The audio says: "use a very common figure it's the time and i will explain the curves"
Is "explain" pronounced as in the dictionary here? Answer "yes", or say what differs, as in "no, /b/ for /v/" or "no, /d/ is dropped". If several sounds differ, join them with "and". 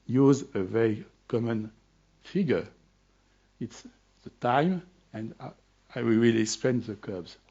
no, /l/ is dropped